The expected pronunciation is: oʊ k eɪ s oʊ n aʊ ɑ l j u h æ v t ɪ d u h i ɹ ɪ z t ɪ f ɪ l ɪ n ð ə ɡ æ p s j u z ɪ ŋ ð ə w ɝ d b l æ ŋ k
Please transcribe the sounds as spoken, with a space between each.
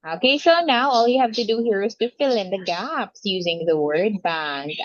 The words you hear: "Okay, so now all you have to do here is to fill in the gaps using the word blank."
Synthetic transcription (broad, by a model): oʊ k eɪ s oʊ n aʊ ɑ l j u h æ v t ɪ d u h i ɹ ɪ z t ɪ f ɪ l ɪ n ð ə ɡ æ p s j u z ɪ ŋ ð ə w ɝ d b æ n